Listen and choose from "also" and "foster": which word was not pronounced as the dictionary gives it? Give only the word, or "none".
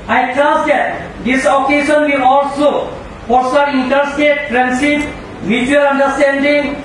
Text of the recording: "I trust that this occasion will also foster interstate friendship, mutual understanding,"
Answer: foster